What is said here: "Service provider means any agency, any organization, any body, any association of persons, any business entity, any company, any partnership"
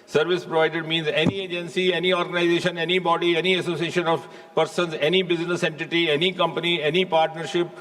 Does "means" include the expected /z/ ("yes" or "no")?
yes